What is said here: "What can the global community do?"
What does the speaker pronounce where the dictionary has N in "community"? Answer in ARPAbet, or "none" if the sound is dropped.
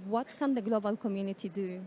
N